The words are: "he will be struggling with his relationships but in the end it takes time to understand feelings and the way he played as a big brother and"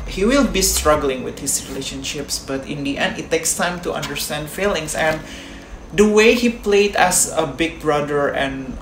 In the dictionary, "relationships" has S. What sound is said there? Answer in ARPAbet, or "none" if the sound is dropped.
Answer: S